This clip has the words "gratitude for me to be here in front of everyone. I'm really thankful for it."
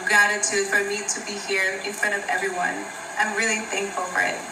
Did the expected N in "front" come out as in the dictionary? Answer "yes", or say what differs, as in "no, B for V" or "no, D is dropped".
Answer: no, N is dropped